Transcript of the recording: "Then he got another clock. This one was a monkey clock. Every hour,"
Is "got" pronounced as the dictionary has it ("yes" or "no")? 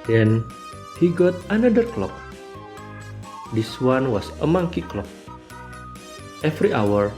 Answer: yes